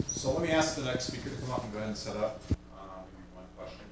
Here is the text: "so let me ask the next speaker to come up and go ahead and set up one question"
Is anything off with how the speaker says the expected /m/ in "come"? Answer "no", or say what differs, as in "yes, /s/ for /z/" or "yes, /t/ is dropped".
no